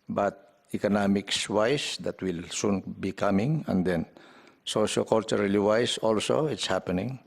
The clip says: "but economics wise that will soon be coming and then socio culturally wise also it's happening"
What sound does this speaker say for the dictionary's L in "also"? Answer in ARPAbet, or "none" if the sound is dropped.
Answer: L